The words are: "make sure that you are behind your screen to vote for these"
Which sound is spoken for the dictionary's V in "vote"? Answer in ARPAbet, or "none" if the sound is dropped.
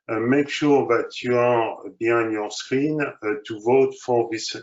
V